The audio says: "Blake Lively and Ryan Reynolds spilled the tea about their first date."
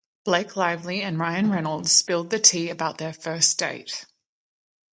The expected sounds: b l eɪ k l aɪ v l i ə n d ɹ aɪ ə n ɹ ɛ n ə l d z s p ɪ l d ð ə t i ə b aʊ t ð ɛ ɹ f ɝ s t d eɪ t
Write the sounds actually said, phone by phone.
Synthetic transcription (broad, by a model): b l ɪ k l aɪ v l i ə n ɹ aɪ ə n ɹ ɛ n ə l d z s p ɪ l d ð ə t i ə b aʊ t ð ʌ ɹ f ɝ s d eɪ t